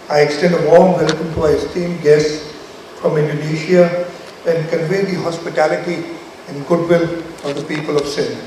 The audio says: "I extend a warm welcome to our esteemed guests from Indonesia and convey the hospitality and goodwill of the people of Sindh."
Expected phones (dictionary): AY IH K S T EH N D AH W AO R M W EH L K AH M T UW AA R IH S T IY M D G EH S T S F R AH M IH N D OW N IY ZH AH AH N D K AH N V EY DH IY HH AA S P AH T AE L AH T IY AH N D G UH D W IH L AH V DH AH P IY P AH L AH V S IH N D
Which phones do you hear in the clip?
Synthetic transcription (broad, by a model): AY IH K S T EH N D AH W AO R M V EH L K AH M T UW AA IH S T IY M G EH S S F R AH M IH N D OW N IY SH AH AH N D K AH N V EY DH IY HH AA S P AH T AE L AH T IY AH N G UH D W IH L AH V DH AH P IY P AH L AH V S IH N